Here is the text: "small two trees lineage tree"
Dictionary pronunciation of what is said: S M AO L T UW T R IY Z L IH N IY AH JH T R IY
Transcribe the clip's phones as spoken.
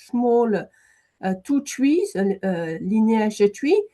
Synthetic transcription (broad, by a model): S M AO L T UW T W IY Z L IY N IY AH ZH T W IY